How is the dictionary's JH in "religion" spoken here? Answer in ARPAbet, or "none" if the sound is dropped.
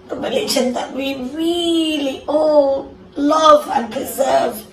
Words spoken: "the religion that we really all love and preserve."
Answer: SH